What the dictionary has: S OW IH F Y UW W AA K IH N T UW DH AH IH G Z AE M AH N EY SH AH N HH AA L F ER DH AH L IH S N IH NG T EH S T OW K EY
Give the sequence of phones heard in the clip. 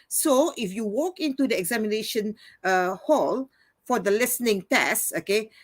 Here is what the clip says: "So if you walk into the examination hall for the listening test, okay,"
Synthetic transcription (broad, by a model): S OW IH F Y UW W AA K IH N T UW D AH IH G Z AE M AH N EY SH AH N HH AA L F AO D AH L IH S N IH NG T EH S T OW K EY